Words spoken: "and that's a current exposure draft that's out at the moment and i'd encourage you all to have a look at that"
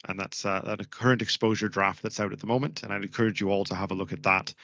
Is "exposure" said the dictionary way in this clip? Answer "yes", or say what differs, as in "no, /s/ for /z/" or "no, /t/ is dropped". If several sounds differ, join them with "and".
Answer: yes